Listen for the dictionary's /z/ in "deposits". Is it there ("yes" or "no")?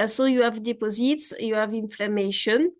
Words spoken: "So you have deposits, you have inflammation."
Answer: yes